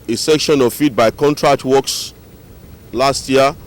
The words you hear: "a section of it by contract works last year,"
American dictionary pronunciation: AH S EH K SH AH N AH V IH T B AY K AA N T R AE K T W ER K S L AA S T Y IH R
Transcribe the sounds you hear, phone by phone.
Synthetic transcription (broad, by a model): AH S EH K SH AH N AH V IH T B AY K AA N T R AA K T W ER K S L AA S T Y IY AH